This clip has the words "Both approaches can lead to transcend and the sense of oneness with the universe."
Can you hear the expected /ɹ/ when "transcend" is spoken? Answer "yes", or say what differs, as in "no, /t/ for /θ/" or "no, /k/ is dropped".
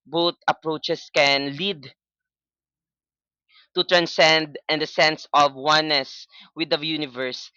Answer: yes